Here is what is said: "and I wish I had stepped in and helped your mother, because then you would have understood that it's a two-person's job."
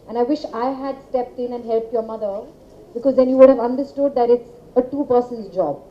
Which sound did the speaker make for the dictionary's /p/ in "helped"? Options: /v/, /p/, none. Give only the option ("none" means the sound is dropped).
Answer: /p/